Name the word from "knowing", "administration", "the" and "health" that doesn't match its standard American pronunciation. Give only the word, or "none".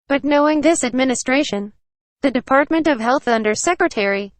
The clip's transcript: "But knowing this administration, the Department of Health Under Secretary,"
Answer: none